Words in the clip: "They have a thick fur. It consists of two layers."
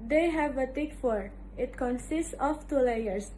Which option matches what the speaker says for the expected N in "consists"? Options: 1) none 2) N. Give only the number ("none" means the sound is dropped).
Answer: 2